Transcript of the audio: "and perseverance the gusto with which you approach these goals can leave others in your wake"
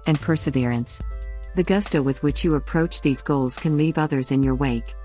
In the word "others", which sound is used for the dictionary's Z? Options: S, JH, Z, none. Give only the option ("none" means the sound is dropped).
Z